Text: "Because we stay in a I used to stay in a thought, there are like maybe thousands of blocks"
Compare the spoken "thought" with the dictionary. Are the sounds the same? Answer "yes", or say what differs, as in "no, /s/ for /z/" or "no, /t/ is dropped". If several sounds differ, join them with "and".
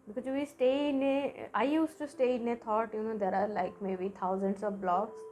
no, /t/ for /θ/